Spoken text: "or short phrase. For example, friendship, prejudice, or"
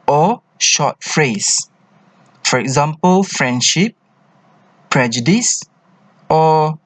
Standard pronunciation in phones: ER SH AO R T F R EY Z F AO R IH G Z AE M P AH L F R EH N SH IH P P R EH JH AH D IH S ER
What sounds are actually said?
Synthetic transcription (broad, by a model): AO SH AO T F R EY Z F AO R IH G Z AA M P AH L F R EH N SH IH P P R EH JH AH D IH S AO